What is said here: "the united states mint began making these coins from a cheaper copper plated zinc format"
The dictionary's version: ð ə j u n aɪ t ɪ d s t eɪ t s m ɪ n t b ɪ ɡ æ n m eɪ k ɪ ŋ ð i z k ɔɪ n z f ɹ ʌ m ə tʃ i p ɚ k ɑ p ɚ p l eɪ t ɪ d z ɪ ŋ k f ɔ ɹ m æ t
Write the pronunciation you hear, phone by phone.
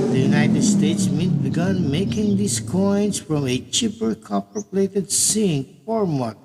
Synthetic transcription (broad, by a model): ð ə j u n aɪ t ɪ d s t eɪ t s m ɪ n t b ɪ ɡ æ n m eɪ k ɪ ŋ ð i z k ɔɪ n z f ɹ ʌ m ə tʃ i p ɚ k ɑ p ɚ p l eɪ t ɪ d s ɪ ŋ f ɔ ɹ m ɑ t